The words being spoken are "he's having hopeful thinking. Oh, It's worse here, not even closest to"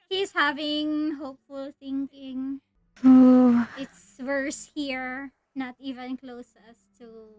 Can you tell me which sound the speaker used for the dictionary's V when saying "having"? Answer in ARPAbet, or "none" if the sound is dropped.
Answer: V